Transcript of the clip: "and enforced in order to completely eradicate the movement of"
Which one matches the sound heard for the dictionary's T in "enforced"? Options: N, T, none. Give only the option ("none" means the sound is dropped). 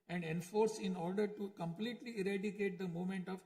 none